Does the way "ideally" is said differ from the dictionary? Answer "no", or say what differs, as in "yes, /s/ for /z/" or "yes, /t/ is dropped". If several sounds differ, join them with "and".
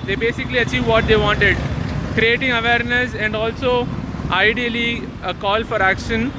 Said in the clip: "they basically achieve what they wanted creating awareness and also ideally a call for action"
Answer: no